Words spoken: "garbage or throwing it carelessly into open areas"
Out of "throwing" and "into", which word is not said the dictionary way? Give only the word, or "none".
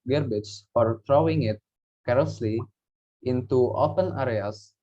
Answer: throwing